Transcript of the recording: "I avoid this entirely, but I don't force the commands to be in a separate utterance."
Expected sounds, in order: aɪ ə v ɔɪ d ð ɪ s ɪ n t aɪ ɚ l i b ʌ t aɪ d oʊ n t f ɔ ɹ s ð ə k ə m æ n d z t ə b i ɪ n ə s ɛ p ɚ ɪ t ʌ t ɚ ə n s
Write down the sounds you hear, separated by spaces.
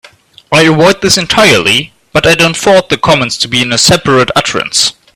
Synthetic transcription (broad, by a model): aɪ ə w ɔɪ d ð ɪ s ɪ n t aɪ ɚ l i b ʌ t aɪ d oʊ n t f ɔ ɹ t ð ə k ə m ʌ n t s t ə b i ɪ n ə s ɛ p ɚ ɪ t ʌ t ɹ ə n s